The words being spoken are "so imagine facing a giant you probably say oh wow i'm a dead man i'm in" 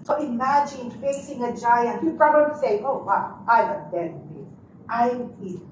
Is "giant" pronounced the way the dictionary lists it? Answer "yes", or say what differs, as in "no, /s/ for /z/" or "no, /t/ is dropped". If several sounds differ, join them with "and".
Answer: yes